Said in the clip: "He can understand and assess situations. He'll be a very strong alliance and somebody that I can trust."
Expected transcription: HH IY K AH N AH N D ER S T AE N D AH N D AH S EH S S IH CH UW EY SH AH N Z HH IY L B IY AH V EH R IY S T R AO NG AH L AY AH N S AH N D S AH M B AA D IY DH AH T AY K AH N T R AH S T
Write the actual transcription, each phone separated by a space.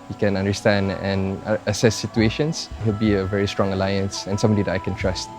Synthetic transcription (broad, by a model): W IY K AH N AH N D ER S T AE N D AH N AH S EH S S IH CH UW EY SH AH N S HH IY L B IY AH V EH R IY S T R AO NG AH L AY AH N S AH N S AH M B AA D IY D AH T AY K AH N T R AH S T